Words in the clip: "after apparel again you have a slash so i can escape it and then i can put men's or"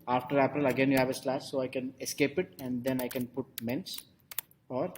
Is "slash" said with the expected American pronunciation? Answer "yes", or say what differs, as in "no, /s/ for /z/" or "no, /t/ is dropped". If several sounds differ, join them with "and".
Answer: no, /s/ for /ʃ/